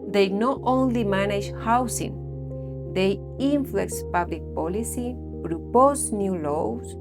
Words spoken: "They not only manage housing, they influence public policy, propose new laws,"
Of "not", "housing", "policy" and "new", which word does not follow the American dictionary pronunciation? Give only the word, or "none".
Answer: housing